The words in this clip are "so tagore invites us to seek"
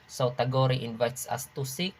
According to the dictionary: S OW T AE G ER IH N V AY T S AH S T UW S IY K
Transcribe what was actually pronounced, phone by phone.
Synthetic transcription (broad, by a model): S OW T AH G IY IH N V AY T S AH S T UW S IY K